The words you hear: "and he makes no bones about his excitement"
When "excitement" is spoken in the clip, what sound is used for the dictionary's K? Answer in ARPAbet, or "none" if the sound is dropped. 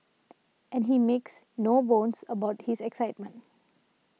K